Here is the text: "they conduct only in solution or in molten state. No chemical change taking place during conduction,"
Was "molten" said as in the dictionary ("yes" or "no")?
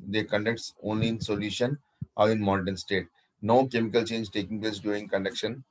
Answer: no